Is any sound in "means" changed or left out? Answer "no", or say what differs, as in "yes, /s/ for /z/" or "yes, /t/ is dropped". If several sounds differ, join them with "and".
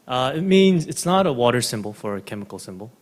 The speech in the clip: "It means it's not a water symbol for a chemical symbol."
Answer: no